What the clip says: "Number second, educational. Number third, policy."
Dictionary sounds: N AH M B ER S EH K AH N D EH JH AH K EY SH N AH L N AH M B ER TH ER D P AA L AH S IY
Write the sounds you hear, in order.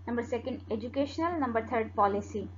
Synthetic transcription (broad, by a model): N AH M B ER S EH K AH N D EH JH AH K EY SH N AH L N AH M B ER T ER D P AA L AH S IY